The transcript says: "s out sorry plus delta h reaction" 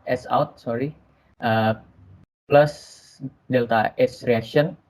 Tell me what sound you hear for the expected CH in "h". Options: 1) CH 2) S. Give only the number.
2